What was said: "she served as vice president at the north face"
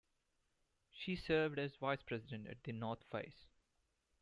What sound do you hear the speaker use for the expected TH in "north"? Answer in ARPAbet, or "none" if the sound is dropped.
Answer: T